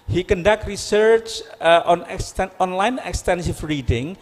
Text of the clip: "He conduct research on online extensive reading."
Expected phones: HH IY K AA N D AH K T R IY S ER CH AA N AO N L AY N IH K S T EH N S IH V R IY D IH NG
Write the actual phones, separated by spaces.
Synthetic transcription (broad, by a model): HH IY K AA N D AH K T R IY S ER CH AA N AO N L AY N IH K S T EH N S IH F R IY D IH NG